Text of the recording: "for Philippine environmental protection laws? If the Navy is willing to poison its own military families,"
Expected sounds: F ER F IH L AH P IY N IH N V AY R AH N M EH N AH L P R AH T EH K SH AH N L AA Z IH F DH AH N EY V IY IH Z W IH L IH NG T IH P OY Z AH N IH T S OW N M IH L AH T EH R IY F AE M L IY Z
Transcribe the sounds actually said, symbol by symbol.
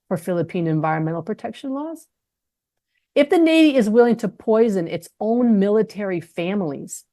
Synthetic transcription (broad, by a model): F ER F IH L AH P IY N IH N V AY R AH N M EH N L P R AH T EH K SH AH N L AA Z IH F DH AH N EY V IY IH Z W IH L IH NG T IH P OY Z AH N IH T S OW N M IH L AH T EH R IY F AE M L IY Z